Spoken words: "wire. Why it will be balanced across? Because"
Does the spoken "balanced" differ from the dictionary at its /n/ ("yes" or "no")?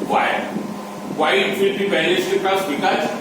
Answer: yes